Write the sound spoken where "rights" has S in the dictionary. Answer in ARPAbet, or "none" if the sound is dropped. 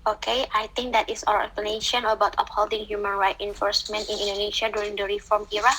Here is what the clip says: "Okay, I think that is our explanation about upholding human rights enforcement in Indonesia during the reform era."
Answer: none